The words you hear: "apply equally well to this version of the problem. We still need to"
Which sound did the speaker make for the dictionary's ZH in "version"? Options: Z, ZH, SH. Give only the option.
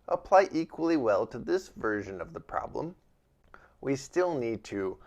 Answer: ZH